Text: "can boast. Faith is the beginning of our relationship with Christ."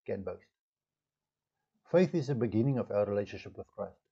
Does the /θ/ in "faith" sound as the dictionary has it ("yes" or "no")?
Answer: yes